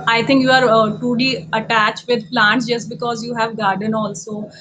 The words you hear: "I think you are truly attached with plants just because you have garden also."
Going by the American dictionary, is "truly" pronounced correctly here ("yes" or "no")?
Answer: no